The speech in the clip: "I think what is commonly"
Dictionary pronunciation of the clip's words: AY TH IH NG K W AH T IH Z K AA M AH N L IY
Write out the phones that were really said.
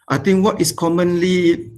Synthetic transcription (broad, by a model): AY T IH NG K W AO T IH S K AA M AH N L IY